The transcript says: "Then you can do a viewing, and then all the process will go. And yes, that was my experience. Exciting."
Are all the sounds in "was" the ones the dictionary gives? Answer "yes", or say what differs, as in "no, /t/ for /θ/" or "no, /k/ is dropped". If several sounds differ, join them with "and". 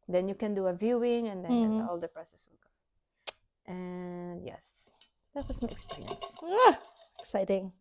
no, /s/ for /z/